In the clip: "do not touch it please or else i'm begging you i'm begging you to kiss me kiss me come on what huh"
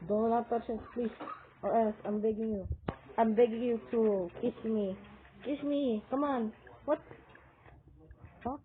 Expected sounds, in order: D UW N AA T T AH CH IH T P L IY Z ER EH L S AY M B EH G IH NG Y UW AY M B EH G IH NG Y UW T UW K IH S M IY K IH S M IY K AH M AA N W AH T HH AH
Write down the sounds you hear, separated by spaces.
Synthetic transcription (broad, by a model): D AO L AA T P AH S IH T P L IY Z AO EH L S AY M B EH G IH NG Y UW AY M B EH G IH NG Y UW T UW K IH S M IY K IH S M IY K AH M AA N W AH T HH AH